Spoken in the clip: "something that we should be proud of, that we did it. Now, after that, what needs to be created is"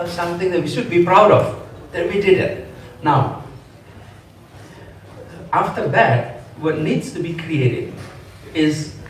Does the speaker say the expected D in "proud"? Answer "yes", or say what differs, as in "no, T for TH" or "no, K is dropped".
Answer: yes